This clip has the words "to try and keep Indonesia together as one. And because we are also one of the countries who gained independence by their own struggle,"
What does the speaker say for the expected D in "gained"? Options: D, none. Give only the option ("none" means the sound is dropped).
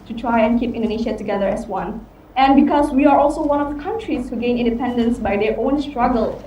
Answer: none